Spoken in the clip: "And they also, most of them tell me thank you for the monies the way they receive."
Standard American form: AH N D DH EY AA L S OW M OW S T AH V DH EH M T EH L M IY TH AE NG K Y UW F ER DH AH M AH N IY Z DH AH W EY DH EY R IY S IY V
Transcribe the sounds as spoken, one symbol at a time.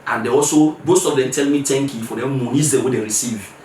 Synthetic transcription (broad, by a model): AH N D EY AA L S OW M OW S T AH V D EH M T EH L M IY T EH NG K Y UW F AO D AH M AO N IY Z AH W EY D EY R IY S IY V